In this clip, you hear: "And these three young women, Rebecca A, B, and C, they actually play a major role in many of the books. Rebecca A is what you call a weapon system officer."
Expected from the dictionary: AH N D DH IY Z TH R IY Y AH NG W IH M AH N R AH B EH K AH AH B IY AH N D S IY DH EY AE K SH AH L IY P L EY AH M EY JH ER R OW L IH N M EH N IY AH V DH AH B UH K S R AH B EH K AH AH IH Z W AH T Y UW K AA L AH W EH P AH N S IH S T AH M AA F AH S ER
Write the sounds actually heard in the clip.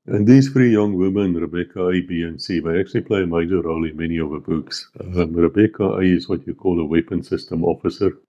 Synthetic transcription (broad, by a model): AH N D DH IY Z F R IY Y AH NG W IH M AH N R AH B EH K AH AH B IY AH N S IY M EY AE K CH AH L IY P L EY AH M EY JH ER R OW L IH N M EH N IY AH V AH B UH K S R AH B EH K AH AH IH Z W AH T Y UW K AA L AH W EH P AH N S IH S T AH M AA F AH S ER